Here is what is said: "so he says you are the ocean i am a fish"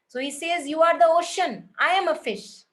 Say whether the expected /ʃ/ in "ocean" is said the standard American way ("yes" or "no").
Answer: yes